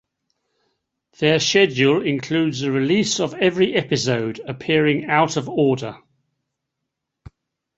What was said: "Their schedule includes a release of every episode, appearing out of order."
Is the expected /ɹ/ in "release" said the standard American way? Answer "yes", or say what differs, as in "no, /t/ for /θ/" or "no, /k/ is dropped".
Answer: yes